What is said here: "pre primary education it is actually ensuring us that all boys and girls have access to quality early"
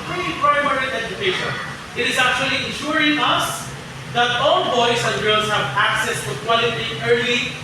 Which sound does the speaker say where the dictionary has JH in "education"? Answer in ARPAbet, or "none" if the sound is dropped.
JH